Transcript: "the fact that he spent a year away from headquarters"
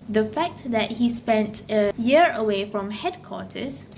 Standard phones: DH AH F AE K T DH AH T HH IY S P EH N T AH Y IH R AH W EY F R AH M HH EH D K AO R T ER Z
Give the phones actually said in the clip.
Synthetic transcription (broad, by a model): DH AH F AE K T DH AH T HH IY S P EH N T AH Y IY R AH W EY F R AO M HH EH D K AO T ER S